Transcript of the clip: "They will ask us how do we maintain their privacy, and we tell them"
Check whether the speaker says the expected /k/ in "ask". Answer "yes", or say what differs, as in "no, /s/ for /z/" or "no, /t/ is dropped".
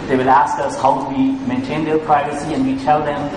yes